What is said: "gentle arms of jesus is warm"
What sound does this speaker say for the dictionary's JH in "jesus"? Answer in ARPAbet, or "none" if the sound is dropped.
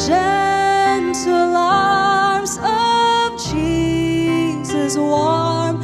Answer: CH